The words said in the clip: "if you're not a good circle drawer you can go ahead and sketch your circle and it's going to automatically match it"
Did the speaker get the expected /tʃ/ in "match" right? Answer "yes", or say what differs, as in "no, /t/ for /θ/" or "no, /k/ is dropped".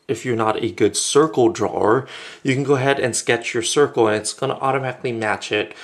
yes